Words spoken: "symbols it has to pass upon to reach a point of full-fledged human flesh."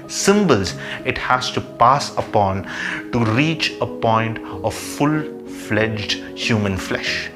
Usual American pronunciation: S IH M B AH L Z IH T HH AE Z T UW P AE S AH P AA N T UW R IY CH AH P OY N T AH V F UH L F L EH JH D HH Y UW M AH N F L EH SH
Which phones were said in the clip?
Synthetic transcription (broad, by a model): S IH M B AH L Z IH T HH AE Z T UW P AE S AH P AA N T UW R IY CH AH P OY N T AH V F UH L F L EH JH D HH Y UW M AH N F L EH SH